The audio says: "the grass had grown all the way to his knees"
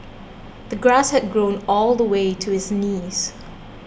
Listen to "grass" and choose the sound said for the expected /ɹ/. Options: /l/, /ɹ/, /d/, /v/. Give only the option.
/ɹ/